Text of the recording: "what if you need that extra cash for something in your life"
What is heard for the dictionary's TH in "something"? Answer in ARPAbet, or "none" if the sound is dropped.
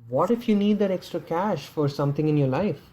T